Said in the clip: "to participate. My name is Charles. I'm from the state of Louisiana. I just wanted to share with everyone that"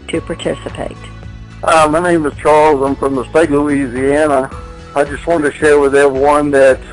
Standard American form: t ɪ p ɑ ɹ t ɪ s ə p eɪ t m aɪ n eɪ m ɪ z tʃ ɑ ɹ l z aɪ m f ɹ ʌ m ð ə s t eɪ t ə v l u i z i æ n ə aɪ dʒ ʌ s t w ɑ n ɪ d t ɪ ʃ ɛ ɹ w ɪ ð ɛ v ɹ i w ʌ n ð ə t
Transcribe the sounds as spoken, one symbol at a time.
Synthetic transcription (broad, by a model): t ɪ p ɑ ɹ t ɪ s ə p eɪ t m aɪ n eɪ m ɪ z tʃ ɑ ɹ l z aɪ m f ɹ ʌ m ð ə s t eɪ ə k l u i z i æ n ə aɪ dʒ ʌ s t w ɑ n t ɪ ʃ ɛ ɹ w ɪ ð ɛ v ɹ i w ʌ n ð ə t